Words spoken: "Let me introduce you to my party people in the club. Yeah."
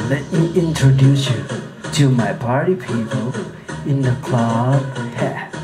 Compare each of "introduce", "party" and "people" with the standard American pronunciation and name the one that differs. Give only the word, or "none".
none